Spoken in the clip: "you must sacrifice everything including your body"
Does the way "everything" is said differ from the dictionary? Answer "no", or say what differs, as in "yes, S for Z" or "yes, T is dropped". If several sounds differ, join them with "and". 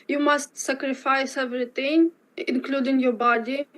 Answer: yes, T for TH